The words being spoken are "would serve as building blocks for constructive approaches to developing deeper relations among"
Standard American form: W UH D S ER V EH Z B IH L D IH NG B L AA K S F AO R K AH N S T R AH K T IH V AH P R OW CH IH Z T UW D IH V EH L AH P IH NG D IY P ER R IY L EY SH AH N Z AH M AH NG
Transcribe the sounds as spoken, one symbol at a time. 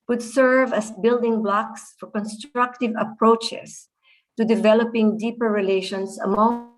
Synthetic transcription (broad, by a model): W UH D S ER V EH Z B IH L D IH NG B L AA K S F AO R K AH N S T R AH K T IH V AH P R OW CH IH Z T UW D IH V EH L AH P IH NG D IY P ER R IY L EY SH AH N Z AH M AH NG